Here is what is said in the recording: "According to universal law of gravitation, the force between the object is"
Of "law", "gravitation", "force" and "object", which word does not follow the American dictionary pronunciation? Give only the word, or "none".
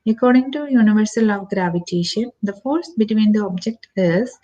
none